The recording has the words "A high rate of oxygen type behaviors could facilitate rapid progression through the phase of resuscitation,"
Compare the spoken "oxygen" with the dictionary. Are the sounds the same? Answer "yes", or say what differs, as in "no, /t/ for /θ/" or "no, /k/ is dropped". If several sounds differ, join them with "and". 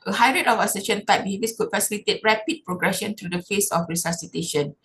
no, /k/ is dropped and /ʃ/ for /dʒ/